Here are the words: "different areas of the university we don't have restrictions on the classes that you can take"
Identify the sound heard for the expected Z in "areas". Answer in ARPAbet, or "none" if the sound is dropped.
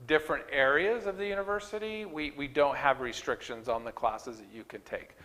Z